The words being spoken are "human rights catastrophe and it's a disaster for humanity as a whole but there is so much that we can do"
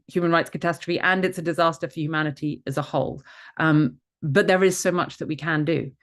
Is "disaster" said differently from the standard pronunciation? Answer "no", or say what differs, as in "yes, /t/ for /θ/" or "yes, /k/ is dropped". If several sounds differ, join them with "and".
no